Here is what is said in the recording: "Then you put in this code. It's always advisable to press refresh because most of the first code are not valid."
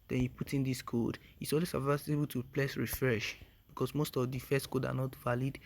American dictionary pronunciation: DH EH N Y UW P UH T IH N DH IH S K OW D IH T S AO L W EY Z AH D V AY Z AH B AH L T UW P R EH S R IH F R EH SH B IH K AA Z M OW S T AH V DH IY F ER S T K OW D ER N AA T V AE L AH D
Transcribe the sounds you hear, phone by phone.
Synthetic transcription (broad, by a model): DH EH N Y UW P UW T IH N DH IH S K OW D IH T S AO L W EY S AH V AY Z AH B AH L T UW P L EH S R IH F R EH SH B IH K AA S M OW S T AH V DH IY F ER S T K OW D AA N AA T V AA L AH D